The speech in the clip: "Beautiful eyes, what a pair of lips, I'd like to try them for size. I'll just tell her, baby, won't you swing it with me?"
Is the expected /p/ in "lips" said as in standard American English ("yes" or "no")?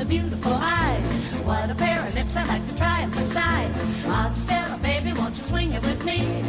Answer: yes